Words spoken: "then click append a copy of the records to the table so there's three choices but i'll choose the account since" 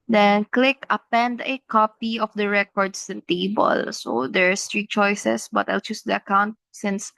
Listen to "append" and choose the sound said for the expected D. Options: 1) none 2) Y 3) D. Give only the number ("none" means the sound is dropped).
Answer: 3